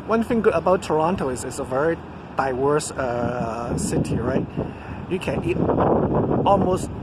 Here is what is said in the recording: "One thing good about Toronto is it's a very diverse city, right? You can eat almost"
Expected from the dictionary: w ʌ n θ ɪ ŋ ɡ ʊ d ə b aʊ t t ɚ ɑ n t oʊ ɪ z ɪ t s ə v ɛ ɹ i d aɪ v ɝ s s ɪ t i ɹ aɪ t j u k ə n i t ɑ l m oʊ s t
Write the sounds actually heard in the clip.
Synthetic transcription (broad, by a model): w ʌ n θ ɪ ŋ ɡ ʊ d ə b aʊ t t ɚ ɑ n t oʊ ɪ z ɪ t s ə v ɛ ɹ i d aɪ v ɝ s s ɪ t i ɹ aɪ t j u k ə n i t ɑ l m oʊ s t